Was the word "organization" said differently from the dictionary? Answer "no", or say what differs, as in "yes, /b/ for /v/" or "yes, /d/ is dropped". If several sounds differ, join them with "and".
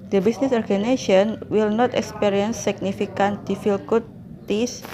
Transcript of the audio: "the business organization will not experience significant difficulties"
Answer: yes, /ʃ/ is dropped